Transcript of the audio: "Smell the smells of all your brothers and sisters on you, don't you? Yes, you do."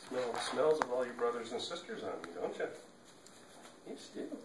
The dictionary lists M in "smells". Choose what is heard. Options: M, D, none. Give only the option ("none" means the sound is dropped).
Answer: M